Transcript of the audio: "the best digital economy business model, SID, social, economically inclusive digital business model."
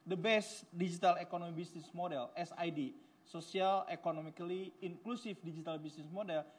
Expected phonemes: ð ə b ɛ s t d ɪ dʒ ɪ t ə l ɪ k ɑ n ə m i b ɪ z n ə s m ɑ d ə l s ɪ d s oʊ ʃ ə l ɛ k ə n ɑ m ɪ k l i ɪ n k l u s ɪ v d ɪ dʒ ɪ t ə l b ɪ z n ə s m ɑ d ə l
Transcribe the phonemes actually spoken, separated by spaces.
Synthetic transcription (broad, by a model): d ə b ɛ s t d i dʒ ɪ t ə l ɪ k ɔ n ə m i b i s n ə s m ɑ d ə l s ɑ d s oʊ s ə l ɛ k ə n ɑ m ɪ k l i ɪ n k l u s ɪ f d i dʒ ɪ t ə l b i s n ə s m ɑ d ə l